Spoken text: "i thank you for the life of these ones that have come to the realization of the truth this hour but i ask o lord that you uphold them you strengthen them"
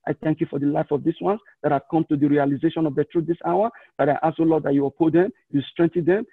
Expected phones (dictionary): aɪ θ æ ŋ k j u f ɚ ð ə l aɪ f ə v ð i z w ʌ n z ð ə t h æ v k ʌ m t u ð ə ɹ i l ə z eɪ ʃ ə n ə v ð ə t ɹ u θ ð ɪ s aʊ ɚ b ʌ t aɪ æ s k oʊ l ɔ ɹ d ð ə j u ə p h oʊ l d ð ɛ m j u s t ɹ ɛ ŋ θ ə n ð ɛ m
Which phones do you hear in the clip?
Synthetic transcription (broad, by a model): aɪ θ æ ŋ k j u f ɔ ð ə l aɪ f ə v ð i s w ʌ n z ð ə t h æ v k ʌ m t u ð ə ɹ i l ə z eɪ ʃ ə n ə v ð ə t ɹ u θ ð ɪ s aʊ ɚ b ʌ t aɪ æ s oʊ l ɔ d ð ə j u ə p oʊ d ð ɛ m j u s t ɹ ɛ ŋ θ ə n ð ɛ m